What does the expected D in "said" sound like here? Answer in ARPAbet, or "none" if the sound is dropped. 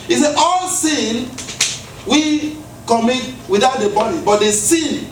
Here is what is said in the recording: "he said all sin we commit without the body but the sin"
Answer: none